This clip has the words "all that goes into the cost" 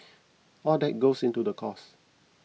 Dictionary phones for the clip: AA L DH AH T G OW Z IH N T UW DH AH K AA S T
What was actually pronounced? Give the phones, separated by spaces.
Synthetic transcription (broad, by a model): AA L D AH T G OW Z IH N T UW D AH K AA S